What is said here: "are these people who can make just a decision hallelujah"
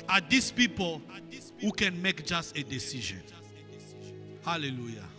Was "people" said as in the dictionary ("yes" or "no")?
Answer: yes